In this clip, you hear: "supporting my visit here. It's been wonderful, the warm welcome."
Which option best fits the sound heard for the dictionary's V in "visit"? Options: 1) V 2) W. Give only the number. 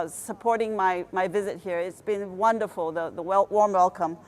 1